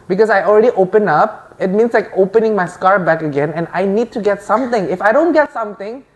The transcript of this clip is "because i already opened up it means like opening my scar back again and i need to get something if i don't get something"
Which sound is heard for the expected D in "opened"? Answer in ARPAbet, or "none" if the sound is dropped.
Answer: none